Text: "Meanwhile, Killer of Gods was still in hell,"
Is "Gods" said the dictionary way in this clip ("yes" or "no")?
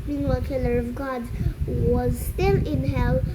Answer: no